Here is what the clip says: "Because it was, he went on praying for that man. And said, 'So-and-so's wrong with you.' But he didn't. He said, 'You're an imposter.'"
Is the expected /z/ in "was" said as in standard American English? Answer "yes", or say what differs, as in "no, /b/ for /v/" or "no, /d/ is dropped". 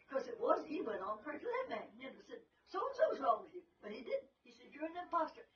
yes